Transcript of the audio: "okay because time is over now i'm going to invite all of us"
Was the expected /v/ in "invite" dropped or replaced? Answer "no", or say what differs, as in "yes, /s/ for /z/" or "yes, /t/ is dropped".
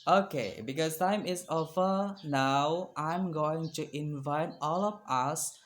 no